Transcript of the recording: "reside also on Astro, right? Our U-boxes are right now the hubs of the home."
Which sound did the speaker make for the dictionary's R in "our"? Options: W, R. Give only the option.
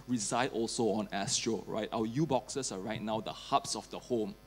W